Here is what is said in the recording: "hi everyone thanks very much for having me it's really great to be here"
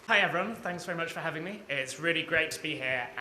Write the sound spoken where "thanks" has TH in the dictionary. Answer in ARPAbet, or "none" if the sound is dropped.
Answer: TH